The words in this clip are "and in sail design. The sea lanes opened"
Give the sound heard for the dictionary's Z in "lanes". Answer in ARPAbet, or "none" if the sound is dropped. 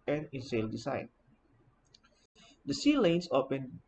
S